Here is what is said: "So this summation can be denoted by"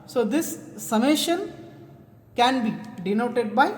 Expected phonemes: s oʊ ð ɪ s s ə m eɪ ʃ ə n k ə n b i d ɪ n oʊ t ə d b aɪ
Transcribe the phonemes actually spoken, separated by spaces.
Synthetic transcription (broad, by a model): s oʊ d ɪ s s ə m eɪ ʃ ə n k ə n b i d ɪ n oʊ t ə d b aɪ